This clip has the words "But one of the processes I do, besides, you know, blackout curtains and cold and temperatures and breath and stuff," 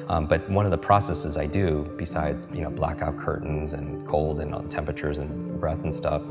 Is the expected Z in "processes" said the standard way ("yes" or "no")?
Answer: yes